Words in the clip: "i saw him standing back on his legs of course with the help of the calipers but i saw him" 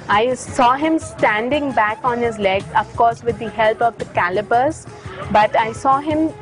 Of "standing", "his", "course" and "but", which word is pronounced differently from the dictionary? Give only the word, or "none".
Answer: none